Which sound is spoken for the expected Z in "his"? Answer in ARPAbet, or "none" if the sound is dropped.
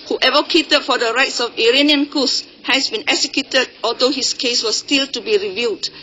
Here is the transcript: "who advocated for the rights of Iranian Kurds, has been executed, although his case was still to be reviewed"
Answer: S